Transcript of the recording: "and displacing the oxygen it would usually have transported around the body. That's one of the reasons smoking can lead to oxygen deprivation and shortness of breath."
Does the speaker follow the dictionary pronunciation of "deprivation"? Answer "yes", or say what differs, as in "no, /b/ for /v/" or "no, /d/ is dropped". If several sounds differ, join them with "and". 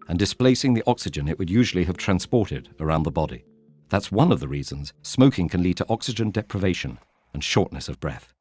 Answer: yes